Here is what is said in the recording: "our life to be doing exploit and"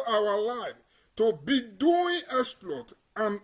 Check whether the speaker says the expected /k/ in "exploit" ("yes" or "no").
no